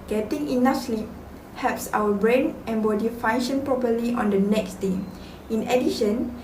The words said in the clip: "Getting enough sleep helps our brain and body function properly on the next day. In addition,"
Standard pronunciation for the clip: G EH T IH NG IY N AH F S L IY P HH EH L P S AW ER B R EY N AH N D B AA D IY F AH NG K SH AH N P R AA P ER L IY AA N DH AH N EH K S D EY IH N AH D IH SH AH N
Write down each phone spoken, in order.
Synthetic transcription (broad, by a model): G EH T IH NG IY N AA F S L IY P HH EH P S AW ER B R EY N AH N B AA D IY F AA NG SH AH N P R AA P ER L IY AA N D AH N EH K S D EY IH N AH D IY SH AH N